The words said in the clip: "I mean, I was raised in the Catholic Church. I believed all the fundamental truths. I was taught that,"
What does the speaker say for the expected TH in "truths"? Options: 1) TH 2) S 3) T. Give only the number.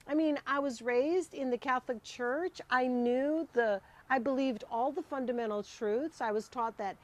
1